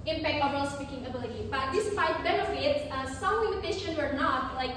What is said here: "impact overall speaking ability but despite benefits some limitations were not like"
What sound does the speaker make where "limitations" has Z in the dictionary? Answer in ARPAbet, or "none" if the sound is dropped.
none